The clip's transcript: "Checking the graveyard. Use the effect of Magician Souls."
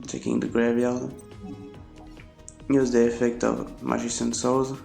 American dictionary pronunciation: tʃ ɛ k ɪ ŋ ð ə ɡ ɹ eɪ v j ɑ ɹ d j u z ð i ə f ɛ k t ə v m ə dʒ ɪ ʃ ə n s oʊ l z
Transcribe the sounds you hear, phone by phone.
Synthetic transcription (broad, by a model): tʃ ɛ k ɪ ŋ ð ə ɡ ɹ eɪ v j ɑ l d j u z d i ə f ɛ k t ə v m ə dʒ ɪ s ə n s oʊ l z